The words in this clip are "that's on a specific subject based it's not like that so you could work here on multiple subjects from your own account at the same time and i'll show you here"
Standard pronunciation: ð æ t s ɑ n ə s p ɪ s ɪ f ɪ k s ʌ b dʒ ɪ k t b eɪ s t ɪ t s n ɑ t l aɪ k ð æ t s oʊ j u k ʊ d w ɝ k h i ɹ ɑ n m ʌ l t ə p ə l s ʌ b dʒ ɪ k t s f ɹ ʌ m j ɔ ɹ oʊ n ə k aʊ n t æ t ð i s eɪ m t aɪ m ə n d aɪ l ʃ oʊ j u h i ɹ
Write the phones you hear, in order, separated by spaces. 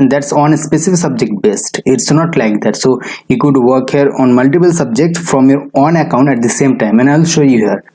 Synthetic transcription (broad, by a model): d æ t s ɑ n ə s p ɪ s ɪ f ɪ k s ʌ b dʒ ɪ k t b eɪ s t ɪ t s n ɑ t l aɪ k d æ t s oʊ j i k ʊ d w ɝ k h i ɹ ɑ n m ʌ l t ə p ə l s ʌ b dʒ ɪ k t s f ɹ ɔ m j ɔ ɹ oʊ n ə k aʊ n t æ t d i s eɪ m t aɪ m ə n aɪ l ʃ oʊ j u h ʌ ɹ